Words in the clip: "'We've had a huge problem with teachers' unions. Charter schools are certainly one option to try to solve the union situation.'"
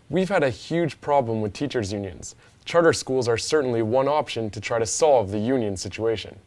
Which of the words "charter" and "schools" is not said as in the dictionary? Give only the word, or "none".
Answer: none